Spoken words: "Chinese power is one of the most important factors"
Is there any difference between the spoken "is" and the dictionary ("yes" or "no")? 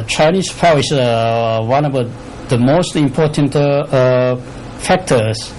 yes